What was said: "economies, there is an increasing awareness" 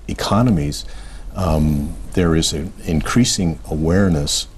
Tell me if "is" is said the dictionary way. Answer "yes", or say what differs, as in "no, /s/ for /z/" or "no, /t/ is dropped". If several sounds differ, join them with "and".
yes